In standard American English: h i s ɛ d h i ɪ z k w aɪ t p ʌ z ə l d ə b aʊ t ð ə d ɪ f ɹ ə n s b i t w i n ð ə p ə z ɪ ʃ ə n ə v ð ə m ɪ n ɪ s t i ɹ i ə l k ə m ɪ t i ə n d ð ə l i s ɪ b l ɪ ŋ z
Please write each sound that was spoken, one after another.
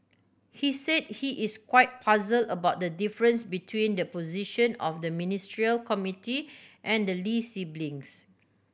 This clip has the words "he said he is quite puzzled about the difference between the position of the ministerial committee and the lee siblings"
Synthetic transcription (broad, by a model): h i s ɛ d h i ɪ s k w aɪ t p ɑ z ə l ə b aʊ t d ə d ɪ f ɹ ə n s b i t w i n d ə p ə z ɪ ʃ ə n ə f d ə m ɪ n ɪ s t ɹ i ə l k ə m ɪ t i ə n d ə l i s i b l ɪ ŋ s